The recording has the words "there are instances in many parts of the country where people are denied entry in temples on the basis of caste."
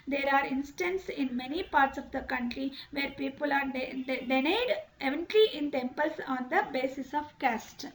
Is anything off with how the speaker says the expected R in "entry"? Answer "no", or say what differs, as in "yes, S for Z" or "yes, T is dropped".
yes, L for R